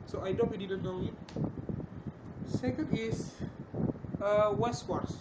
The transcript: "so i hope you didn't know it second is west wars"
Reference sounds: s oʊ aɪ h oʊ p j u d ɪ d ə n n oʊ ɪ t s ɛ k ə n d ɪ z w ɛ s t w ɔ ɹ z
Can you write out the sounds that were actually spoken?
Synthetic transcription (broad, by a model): s oʊ aɪ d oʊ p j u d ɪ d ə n n oʊ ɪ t s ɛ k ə n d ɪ s w ɛ s t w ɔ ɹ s